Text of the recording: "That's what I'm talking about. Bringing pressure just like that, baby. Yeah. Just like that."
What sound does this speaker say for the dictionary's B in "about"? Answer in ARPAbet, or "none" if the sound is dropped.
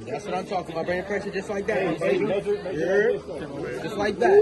none